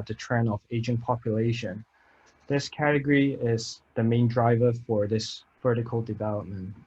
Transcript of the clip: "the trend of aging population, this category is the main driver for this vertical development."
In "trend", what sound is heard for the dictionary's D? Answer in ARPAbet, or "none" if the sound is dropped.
none